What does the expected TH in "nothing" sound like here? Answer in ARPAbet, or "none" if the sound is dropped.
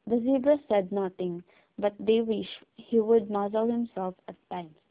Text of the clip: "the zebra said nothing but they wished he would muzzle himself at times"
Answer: T